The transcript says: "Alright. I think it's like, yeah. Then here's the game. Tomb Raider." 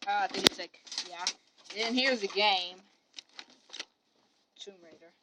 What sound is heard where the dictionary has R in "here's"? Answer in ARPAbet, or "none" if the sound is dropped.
R